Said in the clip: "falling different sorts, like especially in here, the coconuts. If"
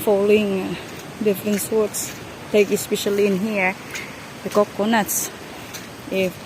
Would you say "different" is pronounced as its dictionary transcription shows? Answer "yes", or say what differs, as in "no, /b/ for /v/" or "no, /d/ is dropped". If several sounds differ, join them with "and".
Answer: yes